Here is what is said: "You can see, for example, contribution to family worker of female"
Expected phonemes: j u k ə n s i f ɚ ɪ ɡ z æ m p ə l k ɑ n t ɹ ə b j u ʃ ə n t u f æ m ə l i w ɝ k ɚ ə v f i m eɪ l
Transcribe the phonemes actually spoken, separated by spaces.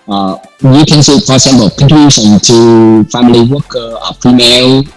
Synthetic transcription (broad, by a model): j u k ə n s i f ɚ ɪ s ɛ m b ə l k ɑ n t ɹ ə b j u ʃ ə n t u f æ m ə l i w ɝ k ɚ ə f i m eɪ l